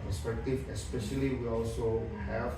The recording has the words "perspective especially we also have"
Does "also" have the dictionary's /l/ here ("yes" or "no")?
yes